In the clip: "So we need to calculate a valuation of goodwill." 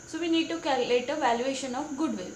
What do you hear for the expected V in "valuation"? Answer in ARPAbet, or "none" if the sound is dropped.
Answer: V